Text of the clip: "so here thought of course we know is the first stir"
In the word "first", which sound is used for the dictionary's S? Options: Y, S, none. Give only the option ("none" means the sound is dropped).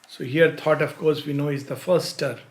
none